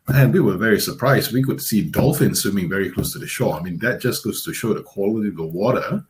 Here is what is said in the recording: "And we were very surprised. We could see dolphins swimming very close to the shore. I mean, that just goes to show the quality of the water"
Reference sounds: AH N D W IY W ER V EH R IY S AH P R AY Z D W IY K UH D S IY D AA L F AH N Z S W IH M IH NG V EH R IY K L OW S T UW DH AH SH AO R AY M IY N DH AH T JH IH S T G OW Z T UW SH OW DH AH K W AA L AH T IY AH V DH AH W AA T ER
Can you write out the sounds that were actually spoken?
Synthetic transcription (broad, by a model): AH N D W IY W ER V EH R IY S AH P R AY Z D W IY K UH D S IY D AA L F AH N S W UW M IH NG V EH R IY K L OW S T UW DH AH SH AO AY M IY N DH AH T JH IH S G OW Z T UW SH OW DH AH K W AA L AH T IY AH V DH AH W AA T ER